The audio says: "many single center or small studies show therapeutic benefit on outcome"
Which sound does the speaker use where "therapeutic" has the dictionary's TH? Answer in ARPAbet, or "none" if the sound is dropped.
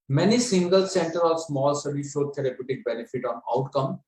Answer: T